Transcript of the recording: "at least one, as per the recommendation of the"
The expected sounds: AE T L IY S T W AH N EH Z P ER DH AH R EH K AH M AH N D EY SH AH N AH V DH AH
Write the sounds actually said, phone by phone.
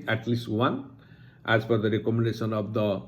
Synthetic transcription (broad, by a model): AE T L IY S T W AH N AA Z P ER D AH R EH K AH M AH N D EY S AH N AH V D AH